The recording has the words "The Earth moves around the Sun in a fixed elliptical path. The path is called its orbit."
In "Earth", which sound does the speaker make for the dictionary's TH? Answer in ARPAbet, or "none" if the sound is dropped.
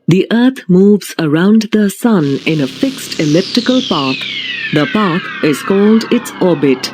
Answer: T